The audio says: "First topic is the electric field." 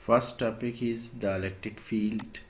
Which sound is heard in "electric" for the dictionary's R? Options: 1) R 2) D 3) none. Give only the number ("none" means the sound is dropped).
3